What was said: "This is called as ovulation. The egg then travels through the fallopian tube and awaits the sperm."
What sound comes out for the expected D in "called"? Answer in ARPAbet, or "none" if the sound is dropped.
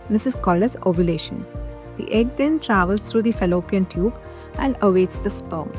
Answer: none